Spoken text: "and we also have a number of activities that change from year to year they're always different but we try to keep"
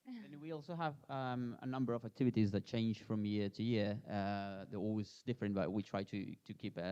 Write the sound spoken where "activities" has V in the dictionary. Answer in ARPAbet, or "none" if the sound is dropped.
V